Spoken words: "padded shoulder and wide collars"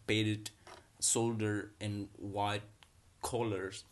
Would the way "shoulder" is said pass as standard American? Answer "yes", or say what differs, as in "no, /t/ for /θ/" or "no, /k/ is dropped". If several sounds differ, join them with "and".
no, /s/ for /ʃ/